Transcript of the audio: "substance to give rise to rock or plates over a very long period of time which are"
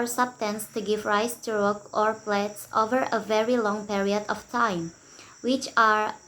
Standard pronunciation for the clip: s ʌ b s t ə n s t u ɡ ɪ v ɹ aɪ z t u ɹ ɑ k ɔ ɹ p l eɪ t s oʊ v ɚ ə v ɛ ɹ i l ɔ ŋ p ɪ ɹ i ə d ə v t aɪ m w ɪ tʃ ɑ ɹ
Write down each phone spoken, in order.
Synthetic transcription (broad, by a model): s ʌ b s t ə n s t u ɡ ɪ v ɹ aɪ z t u ɹ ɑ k ɔ ɹ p l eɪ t s oʊ v ɚ ə v ɛ ɹ i l ɔ ŋ p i ɹ i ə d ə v t aɪ m w ɪ tʃ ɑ ɹ